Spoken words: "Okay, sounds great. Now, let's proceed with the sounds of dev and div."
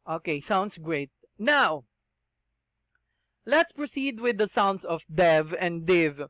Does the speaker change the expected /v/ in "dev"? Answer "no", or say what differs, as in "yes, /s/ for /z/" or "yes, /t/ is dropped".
no